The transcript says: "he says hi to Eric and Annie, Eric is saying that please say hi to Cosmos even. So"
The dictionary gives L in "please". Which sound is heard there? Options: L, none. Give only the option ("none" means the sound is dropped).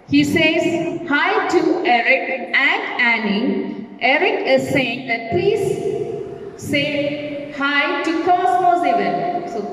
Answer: none